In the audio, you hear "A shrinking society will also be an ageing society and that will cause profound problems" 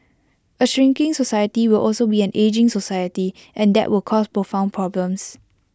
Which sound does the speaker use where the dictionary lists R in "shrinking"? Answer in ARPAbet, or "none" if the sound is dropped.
R